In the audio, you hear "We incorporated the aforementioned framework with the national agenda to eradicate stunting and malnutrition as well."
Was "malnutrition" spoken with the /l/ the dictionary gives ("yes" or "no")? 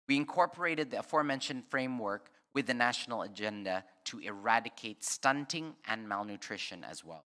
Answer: yes